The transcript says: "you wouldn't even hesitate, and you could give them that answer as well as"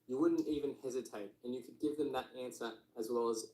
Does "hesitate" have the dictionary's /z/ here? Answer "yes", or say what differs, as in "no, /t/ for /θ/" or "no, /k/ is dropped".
yes